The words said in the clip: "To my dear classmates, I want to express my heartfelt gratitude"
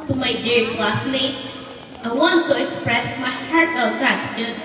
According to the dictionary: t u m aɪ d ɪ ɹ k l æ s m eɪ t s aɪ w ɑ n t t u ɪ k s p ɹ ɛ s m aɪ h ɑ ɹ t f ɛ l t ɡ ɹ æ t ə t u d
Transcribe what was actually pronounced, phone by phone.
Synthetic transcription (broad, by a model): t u m aɪ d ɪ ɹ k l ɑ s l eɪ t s aɪ w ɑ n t t u ɪ k s p ɹ ɛ s m aɪ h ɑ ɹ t ɛ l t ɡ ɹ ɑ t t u